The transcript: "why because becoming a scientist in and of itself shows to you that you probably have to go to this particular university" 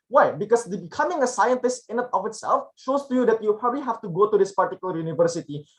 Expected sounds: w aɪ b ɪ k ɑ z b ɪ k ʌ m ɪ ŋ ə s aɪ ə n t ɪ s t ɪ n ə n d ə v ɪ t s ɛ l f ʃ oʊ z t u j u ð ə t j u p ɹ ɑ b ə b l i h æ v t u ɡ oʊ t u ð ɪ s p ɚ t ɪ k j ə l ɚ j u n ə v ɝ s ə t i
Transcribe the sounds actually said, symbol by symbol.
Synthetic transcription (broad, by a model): w aɪ b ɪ k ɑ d b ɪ k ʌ m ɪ ŋ ə s aɪ ə n t ɪ s t ɪ n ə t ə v ɪ t s ɛ l f ʃ oʊ s t u j u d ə t j u p ɹ ɑ b ə b l i h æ f t u ɡ oʊ t u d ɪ s p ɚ t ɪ k j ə l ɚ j u n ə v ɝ s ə t i